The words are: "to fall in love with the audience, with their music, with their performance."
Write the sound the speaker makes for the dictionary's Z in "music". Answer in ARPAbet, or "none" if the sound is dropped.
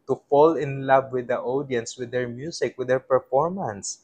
S